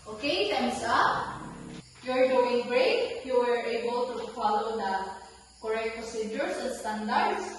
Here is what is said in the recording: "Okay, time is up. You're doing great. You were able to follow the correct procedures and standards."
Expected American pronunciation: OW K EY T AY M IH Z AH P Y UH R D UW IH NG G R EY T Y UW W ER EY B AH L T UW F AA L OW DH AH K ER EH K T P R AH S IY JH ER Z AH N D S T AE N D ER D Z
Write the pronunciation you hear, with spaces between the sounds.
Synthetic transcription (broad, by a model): OW K EY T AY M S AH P Y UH R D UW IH NG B R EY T Y UW W ER EY B AH L T UW F AA L OW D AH K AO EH K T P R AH S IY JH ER S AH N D S T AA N D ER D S